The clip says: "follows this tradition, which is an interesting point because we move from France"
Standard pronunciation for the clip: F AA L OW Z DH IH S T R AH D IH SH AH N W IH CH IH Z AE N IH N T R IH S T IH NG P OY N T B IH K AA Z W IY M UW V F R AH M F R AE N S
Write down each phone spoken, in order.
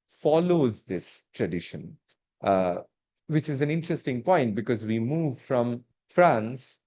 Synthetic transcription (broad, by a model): F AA L OW Z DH IH S T R AH D IH SH AH N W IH CH IH Z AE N IH N T R IH S T IH NG P OY N T B IH K AA Z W IY M UW V F R AH M F R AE N S